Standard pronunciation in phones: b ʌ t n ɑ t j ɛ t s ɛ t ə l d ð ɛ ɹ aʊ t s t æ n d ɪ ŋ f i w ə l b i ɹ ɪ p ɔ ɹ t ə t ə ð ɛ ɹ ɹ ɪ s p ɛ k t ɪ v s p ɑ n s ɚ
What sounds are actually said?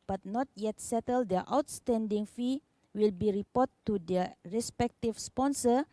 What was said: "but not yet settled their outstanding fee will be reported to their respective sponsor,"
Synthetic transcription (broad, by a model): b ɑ t n ɑ t j ɛ t s ɛ t ə l d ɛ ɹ aʊ t s t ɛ n d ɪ ŋ f i w ə l b i ɹ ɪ p ɔ t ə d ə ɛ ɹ ɹ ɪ s p ɛ k t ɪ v s p ɑ n s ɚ